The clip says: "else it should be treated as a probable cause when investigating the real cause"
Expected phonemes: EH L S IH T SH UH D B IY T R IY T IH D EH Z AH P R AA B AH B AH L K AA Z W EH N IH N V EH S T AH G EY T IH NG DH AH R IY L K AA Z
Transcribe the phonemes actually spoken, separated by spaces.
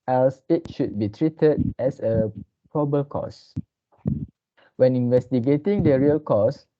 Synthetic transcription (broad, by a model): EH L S IH T SH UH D B IY T R IY T IH D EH S AH P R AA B B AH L K AA S W EH N IH N V EH S T AH G EY T IH NG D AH R IY L K AA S